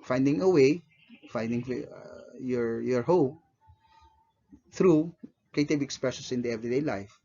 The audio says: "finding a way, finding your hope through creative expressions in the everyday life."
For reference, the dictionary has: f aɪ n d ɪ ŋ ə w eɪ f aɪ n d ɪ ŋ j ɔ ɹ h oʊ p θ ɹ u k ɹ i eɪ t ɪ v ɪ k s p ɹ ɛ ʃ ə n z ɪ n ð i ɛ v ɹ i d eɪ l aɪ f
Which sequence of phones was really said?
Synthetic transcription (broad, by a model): f aɪ n d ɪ ŋ ə w eɪ f aɪ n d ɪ ŋ j ɔ ɹ h oʊ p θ ɹ u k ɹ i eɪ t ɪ b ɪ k s p ɹ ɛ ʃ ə n s ɪ n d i ɛ v ɹ i d eɪ l aɪ f